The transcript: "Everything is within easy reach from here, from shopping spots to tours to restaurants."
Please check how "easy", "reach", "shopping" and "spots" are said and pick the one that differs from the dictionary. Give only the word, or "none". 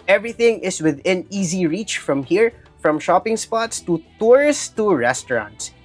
none